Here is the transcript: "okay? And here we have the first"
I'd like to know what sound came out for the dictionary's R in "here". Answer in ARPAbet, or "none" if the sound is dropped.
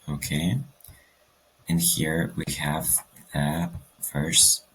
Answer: R